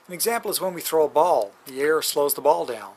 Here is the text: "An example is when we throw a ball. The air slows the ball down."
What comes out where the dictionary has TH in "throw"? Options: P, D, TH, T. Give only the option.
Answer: TH